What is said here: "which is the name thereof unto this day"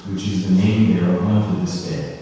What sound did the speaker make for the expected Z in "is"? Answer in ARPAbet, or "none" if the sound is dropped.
Z